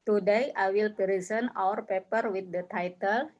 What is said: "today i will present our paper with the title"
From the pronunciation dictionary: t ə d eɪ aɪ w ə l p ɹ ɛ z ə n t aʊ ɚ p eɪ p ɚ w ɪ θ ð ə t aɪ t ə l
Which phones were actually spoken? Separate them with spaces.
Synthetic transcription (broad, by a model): t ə d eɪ aɪ w ə l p ɹ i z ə n aʊ ɚ p eɪ p ɚ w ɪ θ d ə t aɪ t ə l